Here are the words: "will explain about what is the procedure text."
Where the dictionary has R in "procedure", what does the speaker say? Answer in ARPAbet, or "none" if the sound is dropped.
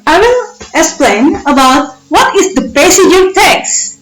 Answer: none